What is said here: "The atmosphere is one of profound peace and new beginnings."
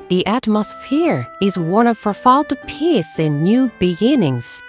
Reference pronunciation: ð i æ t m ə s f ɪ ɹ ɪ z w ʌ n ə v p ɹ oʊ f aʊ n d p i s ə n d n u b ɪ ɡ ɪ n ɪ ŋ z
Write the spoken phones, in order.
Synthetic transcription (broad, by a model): ð i æ t m ə s f ɪ ɹ ɪ z w ʌ n ə v f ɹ f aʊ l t p i s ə n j u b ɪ ɡ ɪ n ɪ ŋ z